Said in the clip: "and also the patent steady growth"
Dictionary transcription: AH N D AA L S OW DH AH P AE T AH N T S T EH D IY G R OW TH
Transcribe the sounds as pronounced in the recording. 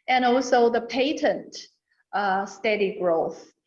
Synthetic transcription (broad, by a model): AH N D AA L S OW DH AH P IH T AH N T S T EH D IY G R OW TH